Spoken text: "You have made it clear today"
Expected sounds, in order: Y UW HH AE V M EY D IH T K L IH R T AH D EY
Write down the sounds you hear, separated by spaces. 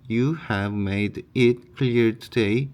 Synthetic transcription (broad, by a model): Y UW HH AE V M EY D IH T K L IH R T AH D EY